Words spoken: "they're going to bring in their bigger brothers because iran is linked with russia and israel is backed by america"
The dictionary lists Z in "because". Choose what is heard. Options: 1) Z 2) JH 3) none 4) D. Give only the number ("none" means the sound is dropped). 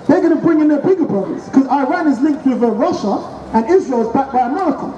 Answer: 3